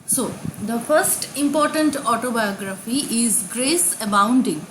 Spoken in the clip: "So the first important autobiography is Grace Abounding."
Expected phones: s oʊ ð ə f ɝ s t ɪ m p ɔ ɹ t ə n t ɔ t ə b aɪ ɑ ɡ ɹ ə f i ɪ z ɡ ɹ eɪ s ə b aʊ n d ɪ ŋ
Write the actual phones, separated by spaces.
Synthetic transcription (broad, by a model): s oʊ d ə f ɝ s t ɪ m p ɔ ɹ t ə n t ɔ t ə b aɪ ɑ ɡ ɹ ə f i ɪ z ɡ ɹ eɪ s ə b aʊ n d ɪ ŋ